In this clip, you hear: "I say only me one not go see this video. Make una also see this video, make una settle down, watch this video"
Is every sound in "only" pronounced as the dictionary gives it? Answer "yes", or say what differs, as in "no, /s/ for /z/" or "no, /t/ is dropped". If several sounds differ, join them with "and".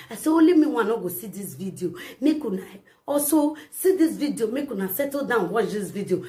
no, /n/ is dropped